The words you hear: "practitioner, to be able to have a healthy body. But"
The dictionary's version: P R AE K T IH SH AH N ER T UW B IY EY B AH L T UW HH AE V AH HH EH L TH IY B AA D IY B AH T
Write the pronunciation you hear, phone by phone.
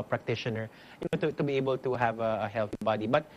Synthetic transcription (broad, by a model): P R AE K T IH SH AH N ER T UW B IY EY B AH L T UW HH AE V AH HH EH L TH IY B AA D IY B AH T